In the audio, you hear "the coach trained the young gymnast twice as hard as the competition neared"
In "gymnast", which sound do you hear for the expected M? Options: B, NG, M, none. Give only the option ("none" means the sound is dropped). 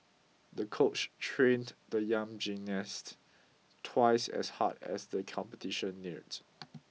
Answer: none